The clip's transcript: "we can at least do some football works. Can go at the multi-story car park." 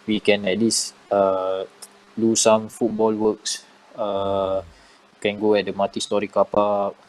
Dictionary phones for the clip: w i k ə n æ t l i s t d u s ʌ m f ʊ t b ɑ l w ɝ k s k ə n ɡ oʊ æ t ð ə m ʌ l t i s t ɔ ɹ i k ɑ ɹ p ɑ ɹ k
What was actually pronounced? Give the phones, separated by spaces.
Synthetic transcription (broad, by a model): w i k ə n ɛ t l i s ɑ d u s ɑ m f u t b ɑ l w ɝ k s k ə n ɡ oʊ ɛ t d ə m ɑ t i s t ɔ ɹ i k ɑ p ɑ